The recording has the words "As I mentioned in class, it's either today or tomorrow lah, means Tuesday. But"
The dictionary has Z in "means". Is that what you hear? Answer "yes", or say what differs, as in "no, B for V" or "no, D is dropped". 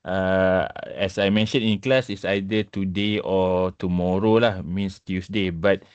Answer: no, S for Z